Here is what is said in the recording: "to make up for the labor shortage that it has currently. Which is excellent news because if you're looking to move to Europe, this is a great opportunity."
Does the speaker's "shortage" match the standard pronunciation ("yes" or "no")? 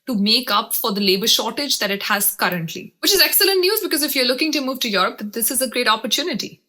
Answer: yes